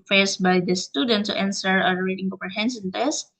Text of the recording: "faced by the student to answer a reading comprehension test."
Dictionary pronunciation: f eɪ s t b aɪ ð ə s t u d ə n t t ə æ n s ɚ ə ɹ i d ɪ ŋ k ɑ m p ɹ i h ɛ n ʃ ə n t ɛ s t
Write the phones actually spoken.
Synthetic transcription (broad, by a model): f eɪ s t b aɪ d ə s t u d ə n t t ə n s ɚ ə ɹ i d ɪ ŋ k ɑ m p i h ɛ n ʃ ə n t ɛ s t